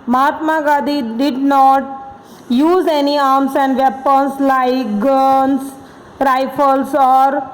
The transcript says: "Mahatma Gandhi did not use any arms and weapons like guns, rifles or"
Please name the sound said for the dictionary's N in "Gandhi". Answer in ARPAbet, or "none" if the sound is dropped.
none